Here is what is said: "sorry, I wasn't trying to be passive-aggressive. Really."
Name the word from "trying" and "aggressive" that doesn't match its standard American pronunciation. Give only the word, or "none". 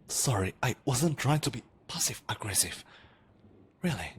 none